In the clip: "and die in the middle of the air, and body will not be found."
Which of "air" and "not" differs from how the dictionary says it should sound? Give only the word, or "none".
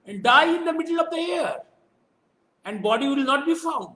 none